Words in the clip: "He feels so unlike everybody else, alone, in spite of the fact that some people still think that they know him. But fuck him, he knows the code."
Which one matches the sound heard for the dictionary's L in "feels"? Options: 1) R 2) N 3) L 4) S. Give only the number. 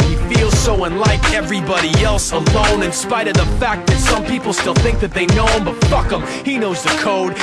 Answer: 3